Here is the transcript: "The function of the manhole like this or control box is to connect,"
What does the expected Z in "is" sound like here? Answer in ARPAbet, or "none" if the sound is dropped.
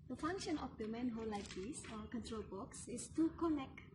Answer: S